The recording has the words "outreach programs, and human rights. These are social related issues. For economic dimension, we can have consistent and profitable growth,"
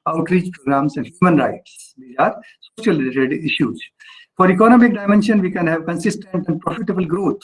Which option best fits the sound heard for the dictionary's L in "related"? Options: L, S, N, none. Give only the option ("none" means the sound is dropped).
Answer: none